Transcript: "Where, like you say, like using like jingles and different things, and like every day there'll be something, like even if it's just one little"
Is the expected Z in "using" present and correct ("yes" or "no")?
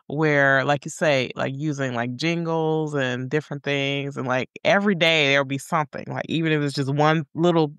yes